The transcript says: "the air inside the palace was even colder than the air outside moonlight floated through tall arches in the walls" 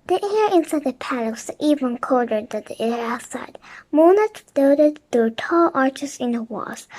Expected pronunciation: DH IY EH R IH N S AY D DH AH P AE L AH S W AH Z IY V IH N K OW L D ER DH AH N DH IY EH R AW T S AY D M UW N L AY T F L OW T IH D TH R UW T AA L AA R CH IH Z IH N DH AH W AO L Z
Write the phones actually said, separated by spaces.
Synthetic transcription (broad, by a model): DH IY EH R IH N S AY D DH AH P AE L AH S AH IY V IH N K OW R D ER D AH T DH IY EH R AW T S AY D M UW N AY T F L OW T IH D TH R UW T AA L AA R CH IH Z IH N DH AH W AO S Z